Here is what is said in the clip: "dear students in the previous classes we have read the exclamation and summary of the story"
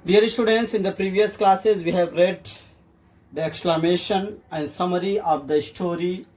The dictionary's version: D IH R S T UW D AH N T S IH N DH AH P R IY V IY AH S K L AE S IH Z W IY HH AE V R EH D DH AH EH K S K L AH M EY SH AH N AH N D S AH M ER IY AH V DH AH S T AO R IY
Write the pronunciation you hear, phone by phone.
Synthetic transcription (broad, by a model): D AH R S T UW D AH N T S IH N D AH P R IY V IY AH S K L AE S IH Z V IY HH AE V R EH D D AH EH K S K L AH M EY SH AH N AH N D S AH M ER IY AH V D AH S T AO R IY